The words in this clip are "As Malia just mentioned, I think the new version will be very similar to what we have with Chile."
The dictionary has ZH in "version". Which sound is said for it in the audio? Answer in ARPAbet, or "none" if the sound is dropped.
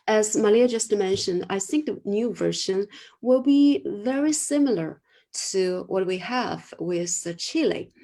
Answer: SH